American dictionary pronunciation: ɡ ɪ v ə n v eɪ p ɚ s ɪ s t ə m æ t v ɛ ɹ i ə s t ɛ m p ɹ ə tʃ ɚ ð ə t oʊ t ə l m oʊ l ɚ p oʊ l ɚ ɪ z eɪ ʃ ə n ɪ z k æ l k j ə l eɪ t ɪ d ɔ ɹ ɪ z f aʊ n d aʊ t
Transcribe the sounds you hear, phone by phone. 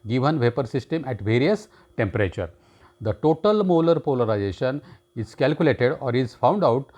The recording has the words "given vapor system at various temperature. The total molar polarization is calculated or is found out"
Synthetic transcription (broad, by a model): ɡ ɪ v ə n v eɪ p ɚ s ɪ s t ə m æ t v ɛ ɹ i ə s t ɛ m p ɹ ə tʃ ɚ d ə t oʊ t ə l m oʊ l ɚ p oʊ l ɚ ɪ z eɪ ʃ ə n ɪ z k æ l k j ə l eɪ t ɪ d ɔ ɹ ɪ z f aʊ n d aʊ t